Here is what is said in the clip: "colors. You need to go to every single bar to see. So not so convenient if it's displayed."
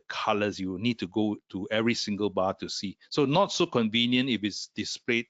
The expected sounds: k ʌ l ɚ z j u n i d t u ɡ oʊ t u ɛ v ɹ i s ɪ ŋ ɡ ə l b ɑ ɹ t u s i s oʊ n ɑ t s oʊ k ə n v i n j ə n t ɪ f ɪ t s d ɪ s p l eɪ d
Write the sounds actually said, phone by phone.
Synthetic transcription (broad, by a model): k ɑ l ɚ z j u n i d t u ɡ oʊ t u ɛ v ɹ i s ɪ ŋ ɡ ə l b ɑ t u s i s oʊ n ɑ t s oʊ k ə n v i n j ə n t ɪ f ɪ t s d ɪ s p l eɪ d